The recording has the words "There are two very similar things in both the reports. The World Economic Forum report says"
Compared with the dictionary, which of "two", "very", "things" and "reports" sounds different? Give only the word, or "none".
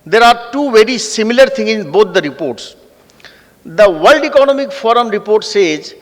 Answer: things